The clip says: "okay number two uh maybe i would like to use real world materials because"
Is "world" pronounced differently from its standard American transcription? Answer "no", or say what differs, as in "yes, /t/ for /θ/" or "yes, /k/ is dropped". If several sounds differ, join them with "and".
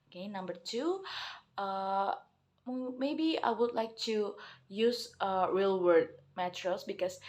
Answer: yes, /l/ is dropped